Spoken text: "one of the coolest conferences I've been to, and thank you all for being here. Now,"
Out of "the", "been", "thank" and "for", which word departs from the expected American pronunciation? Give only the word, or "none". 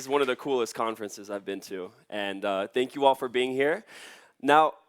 none